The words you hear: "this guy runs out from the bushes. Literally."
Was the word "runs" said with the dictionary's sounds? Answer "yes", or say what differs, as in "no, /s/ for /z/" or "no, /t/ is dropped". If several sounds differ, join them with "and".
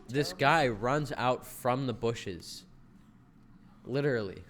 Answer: yes